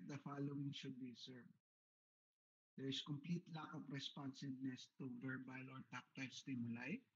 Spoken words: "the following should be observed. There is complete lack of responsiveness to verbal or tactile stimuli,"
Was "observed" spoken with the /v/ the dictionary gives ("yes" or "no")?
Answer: no